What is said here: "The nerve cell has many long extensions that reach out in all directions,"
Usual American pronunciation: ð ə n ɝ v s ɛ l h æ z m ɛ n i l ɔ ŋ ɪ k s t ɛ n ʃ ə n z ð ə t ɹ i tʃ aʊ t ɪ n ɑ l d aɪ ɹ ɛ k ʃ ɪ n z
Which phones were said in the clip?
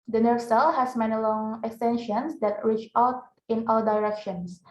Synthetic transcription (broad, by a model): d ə n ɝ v s ɛ l h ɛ s m ɛ n i l ɔ ŋ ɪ k s t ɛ n ʃ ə n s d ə t ɹ i tʃ aʊ t ɪ n ɑ l d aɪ ɹ ɛ k ʃ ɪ n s